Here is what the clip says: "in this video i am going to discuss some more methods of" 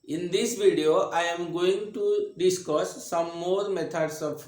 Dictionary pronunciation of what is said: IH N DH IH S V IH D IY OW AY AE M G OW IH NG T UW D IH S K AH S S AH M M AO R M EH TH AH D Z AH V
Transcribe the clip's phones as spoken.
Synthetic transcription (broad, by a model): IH N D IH S V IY D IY OW AY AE M G OW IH NG T UW D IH S K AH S S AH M M AO R M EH T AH D S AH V